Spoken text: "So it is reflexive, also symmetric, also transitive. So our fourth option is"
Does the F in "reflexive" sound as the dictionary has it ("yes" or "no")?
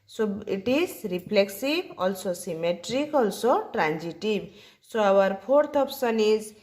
no